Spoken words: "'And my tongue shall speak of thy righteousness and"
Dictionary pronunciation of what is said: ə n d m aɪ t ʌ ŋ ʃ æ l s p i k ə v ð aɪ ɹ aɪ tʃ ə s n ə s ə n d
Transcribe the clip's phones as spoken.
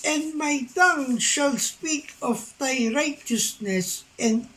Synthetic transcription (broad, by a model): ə n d m aɪ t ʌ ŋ ʃ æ l s p i k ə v ð aɪ ɹ aɪ tʃ ə s n ə s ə n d